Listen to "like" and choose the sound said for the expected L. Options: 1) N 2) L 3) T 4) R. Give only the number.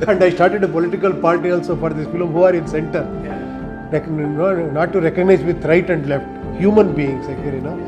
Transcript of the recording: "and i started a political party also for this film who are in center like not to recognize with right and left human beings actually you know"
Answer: 1